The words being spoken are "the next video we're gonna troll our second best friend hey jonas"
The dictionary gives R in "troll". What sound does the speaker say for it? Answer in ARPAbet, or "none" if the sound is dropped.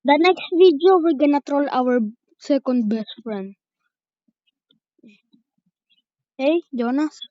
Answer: R